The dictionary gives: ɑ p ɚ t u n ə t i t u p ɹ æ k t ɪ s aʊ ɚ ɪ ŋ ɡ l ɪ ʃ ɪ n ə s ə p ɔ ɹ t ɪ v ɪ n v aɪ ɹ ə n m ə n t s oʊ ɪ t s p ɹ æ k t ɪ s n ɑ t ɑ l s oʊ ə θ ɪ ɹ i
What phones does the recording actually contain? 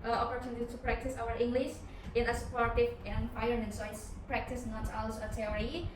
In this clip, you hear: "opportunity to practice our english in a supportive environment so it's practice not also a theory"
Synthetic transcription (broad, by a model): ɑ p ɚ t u n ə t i t u p ɹ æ k t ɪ s aʊ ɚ ɪ ŋ ɡ l ɪ ʃ ɪ n ə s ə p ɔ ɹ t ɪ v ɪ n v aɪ ə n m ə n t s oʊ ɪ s p ɹ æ k t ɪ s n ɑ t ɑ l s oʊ ə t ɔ ɹ i